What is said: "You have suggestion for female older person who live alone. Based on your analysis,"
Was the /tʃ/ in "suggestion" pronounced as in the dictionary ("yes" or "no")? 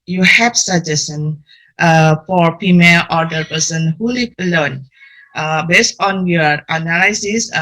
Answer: no